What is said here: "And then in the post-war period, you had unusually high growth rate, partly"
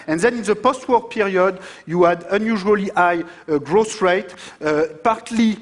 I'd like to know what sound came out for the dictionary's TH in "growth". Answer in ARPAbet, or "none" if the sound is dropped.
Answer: S